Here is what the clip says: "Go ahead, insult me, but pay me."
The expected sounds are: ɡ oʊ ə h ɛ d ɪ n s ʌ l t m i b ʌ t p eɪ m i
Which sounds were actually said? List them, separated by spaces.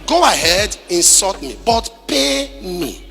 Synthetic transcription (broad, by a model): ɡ oʊ ə h ɛ d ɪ n s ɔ t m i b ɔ t p eɪ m i